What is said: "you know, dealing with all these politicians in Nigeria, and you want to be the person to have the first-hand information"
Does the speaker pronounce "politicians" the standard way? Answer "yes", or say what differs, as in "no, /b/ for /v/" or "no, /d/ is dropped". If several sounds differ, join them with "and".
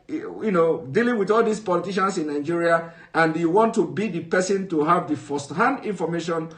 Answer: no, /s/ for /z/